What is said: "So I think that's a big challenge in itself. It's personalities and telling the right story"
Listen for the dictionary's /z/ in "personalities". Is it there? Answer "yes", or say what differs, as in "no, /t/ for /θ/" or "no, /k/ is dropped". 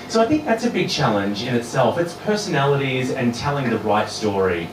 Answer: yes